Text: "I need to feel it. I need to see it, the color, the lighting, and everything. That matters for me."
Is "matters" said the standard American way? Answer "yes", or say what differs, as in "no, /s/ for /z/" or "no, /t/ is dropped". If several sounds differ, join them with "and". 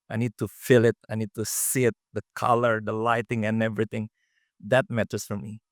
no, /s/ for /z/